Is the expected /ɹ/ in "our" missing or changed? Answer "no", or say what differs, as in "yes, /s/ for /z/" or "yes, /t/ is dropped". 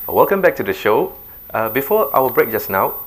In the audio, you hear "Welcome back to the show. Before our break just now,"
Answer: yes, /w/ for /ɹ/